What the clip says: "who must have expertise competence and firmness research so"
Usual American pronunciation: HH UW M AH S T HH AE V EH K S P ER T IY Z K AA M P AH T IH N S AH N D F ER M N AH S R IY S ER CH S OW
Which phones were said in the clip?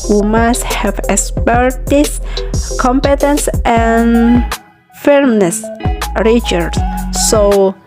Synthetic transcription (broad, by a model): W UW M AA S T HH AE V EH K S P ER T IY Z K AA M P AH T IH N S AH N F ER M N AH S R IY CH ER S S OW